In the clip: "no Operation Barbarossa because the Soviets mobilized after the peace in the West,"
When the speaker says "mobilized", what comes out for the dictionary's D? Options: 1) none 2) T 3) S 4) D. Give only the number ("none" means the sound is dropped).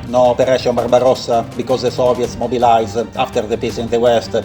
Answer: 1